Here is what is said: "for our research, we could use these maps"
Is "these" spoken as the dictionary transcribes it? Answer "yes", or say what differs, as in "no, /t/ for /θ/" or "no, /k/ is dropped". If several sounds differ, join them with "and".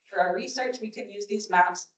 yes